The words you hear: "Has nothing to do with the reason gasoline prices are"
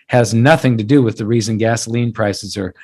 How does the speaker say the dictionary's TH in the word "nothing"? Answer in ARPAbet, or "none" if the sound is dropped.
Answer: TH